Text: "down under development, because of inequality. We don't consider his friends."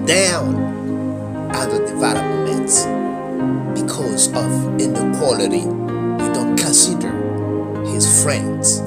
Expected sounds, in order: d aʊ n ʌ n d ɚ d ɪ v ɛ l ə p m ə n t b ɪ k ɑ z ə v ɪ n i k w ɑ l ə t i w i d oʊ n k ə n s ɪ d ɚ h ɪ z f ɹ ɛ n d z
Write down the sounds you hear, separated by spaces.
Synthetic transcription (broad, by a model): d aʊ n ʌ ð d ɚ d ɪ v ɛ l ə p m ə n t b ɪ k ɑ z ə v ɪ n i k w ɑ l ə t i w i d oʊ n k ə n s ɪ d ɚ h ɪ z f ɹ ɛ n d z